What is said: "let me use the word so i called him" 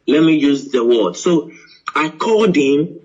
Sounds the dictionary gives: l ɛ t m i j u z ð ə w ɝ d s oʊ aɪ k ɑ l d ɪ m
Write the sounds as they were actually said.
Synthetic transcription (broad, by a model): l ɛ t m i j u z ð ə w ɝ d s oʊ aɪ k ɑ d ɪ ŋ